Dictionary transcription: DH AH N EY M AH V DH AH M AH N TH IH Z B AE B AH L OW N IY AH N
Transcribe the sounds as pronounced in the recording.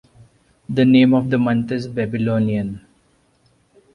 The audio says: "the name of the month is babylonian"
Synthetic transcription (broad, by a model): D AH N EY M AH V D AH M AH N T IH Z B AE B AH L OW N IY AH N